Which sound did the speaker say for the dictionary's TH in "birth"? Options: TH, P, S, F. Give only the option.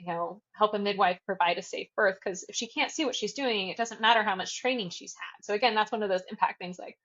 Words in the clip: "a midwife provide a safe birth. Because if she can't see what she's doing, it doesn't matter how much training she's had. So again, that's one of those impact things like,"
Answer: TH